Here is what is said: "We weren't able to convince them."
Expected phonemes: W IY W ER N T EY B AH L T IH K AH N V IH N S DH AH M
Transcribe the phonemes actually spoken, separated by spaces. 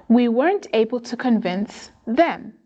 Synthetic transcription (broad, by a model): W IY W ER N T EY B AH L T IH K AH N V IH N S DH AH M